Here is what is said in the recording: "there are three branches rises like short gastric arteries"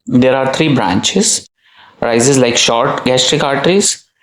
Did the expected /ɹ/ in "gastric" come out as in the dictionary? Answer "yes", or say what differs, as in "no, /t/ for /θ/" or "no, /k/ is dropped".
yes